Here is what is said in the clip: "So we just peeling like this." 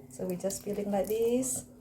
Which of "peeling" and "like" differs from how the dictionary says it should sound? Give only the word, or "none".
peeling